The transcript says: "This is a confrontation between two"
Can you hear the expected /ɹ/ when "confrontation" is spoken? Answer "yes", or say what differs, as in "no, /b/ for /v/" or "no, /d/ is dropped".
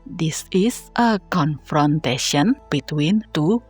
yes